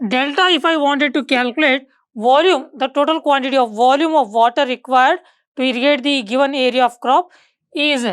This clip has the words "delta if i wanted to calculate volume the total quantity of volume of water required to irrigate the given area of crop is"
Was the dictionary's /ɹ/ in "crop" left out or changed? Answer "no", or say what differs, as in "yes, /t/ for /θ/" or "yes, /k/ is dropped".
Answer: no